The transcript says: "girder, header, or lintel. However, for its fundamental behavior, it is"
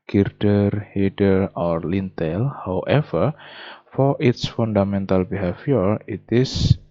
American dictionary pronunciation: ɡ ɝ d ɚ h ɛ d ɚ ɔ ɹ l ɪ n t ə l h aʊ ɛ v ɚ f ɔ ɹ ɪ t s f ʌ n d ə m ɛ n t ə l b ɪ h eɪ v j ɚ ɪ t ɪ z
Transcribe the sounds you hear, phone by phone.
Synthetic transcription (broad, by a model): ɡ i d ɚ h ɛ d ɚ ɔ ɹ l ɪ n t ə l h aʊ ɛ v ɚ f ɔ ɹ ɪ t s f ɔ n d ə m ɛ n t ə l b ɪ h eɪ f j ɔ ɪ t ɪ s